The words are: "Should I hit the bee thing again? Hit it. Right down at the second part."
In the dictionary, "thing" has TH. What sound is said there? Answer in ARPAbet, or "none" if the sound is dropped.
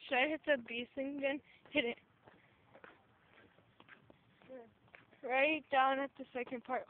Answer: S